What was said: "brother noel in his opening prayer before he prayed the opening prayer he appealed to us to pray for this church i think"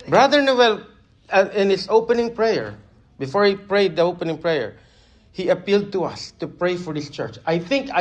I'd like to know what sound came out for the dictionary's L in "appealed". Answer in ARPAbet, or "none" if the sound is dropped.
L